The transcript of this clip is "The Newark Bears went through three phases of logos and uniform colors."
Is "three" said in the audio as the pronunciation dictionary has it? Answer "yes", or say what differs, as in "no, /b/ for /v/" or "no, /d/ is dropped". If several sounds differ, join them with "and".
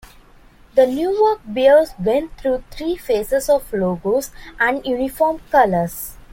no, /t/ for /θ/